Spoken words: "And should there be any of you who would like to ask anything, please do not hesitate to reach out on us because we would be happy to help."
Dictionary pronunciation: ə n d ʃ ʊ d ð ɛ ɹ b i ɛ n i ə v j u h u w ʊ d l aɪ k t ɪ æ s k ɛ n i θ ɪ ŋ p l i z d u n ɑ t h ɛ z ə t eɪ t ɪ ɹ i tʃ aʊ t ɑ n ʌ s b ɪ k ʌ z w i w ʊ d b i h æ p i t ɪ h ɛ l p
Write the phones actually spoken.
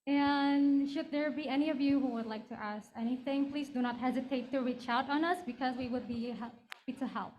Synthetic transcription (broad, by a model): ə n ʃ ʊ d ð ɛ ɹ b i ɛ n i ə v j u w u w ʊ d l aɪ k t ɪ æ s k ɛ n i θ ɪ ŋ p l i z d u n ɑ t h ɛ z ə t eɪ t ɪ ɹ i tʃ aʊ t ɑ n ʌ s b ɪ k ʌ z w i w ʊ d b i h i t ɪ h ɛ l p